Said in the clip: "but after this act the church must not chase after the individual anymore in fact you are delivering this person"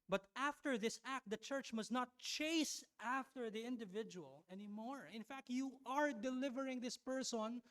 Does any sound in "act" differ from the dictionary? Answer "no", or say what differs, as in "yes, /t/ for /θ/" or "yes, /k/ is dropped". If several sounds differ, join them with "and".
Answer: no